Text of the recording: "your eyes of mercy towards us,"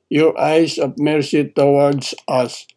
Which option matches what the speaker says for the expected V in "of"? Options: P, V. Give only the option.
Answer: P